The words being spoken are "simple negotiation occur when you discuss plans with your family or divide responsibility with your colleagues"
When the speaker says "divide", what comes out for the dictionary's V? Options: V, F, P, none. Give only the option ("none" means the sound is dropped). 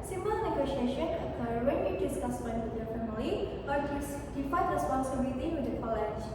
F